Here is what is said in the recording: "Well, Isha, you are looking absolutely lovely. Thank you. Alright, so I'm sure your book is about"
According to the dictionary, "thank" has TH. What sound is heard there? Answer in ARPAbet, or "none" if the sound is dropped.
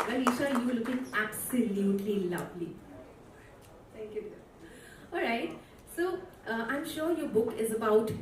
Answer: T